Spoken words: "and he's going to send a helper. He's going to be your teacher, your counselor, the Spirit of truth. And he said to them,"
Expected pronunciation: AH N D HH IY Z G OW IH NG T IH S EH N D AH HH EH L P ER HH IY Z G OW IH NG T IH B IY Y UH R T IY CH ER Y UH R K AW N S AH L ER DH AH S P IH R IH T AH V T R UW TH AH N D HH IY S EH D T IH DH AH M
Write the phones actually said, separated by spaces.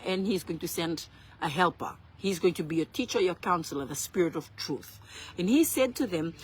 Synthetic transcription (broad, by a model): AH N HH IY Z G OW IH NG T IH S EH N D AH HH EH L P ER HH IY Z G OW IH NG T IH B IY Y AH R T IY CH ER Y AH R K AW N S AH L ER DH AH S P IH R IH T AH V T R UW TH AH N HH IY S EH D T IH DH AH M